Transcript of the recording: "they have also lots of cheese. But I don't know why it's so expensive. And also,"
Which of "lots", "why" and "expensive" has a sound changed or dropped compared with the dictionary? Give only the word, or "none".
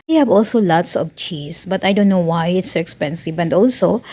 none